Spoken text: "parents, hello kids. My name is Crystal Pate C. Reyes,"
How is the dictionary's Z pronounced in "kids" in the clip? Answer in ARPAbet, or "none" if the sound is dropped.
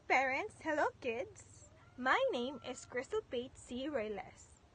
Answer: S